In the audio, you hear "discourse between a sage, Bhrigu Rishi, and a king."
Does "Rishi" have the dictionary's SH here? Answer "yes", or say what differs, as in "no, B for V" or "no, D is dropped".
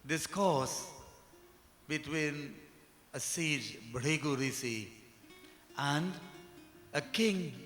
no, S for SH